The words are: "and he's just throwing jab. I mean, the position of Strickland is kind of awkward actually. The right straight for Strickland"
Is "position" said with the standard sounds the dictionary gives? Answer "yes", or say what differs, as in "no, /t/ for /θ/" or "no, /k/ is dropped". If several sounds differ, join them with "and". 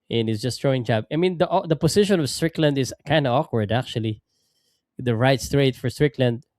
no, /s/ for /z/